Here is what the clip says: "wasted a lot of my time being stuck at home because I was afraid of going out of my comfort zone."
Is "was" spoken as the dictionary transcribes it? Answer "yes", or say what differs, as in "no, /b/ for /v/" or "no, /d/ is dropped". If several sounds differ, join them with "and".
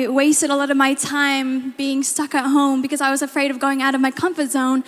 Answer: yes